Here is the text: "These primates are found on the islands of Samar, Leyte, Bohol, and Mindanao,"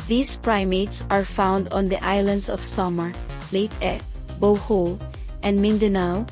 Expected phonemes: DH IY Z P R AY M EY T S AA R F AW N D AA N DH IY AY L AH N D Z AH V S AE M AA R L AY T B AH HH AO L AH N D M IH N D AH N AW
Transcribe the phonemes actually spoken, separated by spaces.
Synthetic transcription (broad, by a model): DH IY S P R AY M EY T S AA R F AW N D AA N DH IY AY L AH N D S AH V S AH M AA R L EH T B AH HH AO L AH N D M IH N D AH N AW